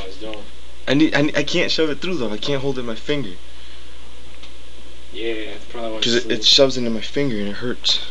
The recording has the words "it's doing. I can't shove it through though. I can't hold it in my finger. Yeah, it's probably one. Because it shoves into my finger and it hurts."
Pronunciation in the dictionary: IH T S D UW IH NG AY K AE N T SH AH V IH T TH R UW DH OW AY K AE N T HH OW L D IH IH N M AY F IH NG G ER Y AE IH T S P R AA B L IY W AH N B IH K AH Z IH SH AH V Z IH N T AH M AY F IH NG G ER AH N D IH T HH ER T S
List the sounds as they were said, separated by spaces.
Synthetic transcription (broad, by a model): IH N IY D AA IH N AY K AE N T SH AH V IH T TH R UW DH OW AY K AE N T HH OW L D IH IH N M AY F IH NG G ER Y AE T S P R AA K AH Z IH AH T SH AH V Z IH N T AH M AY F IH NG G ER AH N IH T HH ER T S